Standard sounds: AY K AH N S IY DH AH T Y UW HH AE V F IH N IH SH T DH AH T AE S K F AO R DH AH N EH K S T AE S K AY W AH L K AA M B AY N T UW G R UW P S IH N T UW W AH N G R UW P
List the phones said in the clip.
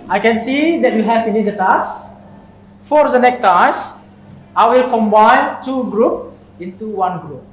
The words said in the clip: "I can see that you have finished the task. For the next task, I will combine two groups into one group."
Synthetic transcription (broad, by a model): AY K AH N S IY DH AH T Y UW HH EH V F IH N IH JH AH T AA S F AO R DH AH N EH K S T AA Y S AY W AH L K AA M B AY N T UW G R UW P IH N T UW W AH N G R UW P